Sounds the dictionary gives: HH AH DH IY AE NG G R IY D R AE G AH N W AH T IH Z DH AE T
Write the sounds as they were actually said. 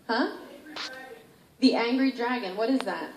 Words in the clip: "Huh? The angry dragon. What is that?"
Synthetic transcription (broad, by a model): HH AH DH IY AE NG G R IY D R AE G AH N W AH T IH Z DH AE T